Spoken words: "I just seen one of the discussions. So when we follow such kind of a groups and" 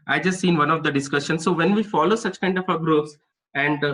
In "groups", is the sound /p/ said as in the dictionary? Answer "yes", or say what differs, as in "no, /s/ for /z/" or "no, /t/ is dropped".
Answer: no, /p/ is dropped